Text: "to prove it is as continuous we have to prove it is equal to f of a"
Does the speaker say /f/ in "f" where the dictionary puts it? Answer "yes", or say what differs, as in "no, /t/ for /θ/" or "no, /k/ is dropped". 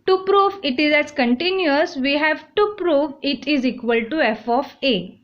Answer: yes